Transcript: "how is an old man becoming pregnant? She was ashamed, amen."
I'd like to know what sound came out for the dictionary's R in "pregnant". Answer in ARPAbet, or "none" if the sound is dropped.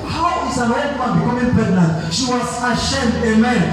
none